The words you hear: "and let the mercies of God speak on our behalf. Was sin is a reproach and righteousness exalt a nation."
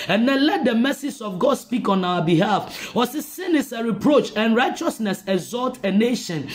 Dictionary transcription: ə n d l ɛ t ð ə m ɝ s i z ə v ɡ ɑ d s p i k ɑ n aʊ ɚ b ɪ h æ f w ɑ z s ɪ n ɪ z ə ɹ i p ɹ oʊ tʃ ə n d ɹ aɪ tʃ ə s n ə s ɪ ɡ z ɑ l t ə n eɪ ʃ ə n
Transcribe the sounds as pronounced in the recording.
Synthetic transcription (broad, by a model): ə n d l ɛ t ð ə m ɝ s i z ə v ɡ ɑ d s p i k ɑ n aʊ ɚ b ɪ h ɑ f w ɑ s s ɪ n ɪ s ə ɹ i p ɹ oʊ tʃ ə n ɹ aɪ tʃ ə s n ə s ɪ ɡ z ɑ l t ə n eɪ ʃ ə n